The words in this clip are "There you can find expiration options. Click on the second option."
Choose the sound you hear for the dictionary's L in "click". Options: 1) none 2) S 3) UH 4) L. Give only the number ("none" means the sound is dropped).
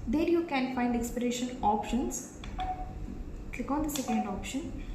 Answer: 4